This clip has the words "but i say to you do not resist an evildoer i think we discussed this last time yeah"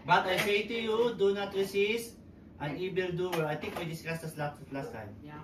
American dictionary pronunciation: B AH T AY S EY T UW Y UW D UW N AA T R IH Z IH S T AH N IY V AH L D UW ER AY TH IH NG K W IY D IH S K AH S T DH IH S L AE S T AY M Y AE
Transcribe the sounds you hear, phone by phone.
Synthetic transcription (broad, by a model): B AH T AY S EY T UW Y UW D UW N AA T R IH S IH S T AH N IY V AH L D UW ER AY T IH NG K W IY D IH S K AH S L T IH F L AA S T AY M